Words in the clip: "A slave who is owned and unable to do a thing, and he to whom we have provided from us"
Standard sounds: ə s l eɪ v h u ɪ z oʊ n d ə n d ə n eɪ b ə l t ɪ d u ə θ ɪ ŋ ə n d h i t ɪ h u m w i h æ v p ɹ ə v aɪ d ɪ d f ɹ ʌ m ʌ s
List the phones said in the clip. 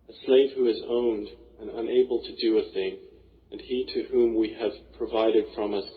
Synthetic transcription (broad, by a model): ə s l eɪ v h u ɪ z oʊ n d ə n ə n eɪ b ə l t ɪ d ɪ ə θ ɪ ŋ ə n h i t ɪ h u m w i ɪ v p ɹ ə v aɪ d ɪ d f ɹ ʌ m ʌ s